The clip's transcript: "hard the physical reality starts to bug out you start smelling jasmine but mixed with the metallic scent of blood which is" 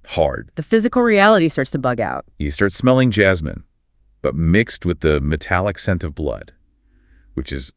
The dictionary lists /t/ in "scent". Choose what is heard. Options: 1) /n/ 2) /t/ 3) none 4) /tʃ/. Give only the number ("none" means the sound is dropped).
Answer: 2